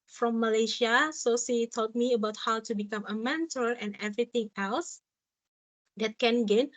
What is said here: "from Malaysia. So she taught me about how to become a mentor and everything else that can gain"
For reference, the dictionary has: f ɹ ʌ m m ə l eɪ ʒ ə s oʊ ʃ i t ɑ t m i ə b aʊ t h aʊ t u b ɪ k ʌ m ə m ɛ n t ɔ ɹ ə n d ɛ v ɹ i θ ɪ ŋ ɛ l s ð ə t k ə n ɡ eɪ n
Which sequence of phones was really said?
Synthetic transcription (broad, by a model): f ɹ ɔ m m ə l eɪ ʃ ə s oʊ s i t ɑ t m i ə b aʊ t h aʊ t u b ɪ k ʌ m ə m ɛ n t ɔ l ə n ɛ v ɹ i t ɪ ŋ ɛ l s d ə t k ə n ɡ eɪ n